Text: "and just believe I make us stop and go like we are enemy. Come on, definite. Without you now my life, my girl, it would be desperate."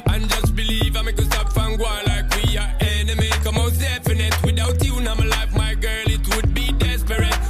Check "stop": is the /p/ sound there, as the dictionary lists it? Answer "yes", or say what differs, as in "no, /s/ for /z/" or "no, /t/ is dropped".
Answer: no, /f/ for /p/